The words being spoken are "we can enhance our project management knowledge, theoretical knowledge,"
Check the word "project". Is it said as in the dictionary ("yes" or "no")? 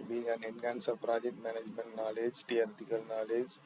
yes